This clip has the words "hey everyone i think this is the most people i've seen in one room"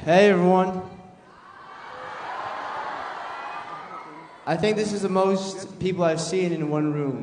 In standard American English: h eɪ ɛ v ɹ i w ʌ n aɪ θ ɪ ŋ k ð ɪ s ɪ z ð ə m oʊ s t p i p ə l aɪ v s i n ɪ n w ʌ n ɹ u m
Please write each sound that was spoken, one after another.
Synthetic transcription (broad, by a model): h eɪ ɛ v ɹ i w ʌ n aɪ θ ɪ ŋ k ð ɪ s ɪ z ð ə m oʊ s t p i p l aɪ v s i n ɪ n w ʌ n ɹ u m